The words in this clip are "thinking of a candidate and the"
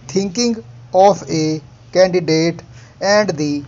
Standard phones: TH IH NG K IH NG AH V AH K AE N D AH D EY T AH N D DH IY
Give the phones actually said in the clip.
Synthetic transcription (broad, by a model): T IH NG K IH NG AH P AH K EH N D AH D EY T AH N D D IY